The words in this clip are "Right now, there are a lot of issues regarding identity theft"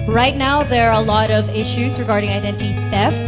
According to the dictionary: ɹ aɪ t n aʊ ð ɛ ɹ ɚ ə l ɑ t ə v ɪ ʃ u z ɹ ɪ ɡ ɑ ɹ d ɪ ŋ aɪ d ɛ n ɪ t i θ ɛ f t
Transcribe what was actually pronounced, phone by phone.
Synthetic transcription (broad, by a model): ɹ aɪ t n aʊ ð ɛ ɹ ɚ ə l ɑ t ə v ɪ ʃ u z ɹ ɪ ɡ ɑ ɹ d ɪ ŋ aɪ d ɛ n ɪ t i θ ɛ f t